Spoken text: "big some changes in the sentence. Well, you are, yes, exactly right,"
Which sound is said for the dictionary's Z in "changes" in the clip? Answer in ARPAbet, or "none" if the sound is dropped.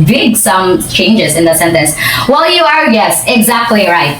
Z